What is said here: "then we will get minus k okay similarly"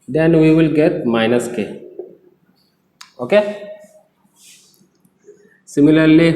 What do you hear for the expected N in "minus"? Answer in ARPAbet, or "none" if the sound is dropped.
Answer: N